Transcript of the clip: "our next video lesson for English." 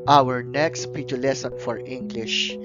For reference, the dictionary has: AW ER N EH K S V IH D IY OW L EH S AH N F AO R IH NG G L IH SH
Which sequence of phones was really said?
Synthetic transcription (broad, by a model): AW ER N EH K S P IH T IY L EH S AH N F AO R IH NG G L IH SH